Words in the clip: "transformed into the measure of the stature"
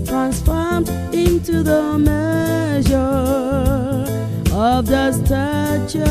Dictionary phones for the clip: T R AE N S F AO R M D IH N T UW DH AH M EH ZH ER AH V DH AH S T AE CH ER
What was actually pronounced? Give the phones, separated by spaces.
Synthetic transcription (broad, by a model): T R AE N S F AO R M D IH N T UW DH AH M EH ZH ER AH V DH AH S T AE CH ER